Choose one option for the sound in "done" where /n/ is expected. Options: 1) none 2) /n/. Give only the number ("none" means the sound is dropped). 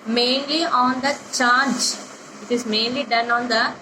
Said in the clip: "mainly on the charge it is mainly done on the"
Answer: 2